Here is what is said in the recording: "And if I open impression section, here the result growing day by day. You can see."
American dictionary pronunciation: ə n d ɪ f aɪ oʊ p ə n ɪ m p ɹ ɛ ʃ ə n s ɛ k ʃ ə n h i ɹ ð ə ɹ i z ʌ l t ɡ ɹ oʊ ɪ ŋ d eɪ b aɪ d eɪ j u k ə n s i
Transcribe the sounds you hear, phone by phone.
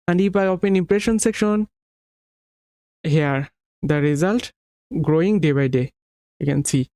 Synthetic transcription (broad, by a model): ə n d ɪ p aɪ oʊ p ə n ɪ m p ɹ ɛ ʃ ə n s ɛ k ʃ ə n h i ɹ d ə ɹ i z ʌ l t ɡ ɹ oʊ ɪ ŋ d eɪ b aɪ d eɪ j u k ə n s i